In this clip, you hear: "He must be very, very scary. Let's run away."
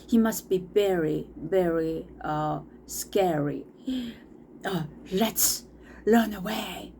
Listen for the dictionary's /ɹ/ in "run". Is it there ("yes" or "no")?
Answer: no